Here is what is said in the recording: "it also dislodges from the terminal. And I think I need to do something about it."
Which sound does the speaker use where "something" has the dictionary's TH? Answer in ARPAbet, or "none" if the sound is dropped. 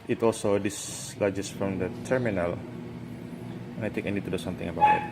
T